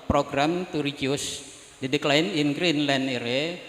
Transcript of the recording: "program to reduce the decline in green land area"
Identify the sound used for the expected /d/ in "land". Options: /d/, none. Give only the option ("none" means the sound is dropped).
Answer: none